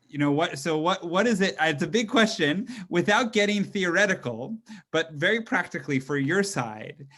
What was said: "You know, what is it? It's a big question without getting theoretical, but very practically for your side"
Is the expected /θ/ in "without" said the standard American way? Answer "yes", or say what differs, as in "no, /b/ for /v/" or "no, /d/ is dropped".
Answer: yes